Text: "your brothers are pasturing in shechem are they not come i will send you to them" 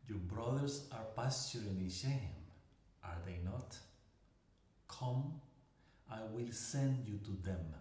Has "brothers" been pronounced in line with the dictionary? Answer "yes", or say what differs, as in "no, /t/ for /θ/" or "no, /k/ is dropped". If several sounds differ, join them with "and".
no, /s/ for /z/